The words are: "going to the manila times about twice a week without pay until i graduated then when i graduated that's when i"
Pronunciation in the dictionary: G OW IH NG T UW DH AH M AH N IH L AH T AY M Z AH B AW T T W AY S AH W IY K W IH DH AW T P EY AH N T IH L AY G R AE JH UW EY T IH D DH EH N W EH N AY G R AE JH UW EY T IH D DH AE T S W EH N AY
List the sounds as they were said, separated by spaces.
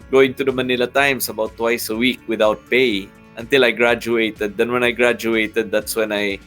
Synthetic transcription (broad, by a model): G OW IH NG T UW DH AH M AH N IH L AH T AY M S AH B AW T T W AY S AH W IY K W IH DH AW T P EY AH N T IH L AY G R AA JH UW EY T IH D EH N W EH N AY G R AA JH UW EY T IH D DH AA T S W EH N AY